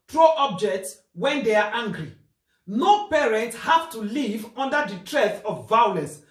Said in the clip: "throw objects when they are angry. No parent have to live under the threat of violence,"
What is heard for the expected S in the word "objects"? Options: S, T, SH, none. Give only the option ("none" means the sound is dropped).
S